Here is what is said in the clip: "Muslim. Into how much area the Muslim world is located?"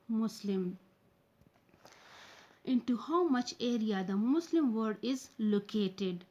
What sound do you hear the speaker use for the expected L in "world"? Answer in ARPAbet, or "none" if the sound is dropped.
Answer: none